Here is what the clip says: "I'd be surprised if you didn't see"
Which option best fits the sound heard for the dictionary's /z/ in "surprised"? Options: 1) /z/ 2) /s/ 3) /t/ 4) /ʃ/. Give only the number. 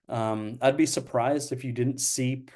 1